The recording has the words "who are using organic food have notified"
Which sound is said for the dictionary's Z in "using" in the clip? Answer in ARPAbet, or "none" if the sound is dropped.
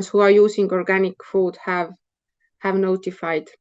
S